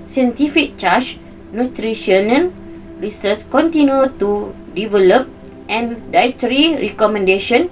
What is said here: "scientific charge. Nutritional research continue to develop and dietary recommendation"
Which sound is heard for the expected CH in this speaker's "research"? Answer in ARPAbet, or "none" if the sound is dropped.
S